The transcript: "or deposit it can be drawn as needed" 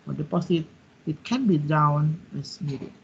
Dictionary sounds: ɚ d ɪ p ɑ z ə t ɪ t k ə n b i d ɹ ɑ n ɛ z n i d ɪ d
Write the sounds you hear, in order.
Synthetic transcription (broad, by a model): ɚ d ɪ p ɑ s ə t ɪ t k ə n b i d ɑ n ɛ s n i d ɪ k